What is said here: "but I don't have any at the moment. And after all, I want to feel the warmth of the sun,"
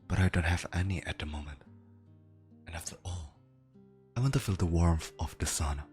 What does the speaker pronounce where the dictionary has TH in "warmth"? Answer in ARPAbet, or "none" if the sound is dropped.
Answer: F